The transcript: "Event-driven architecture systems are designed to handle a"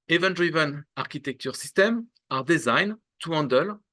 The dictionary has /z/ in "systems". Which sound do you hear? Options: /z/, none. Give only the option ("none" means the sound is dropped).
none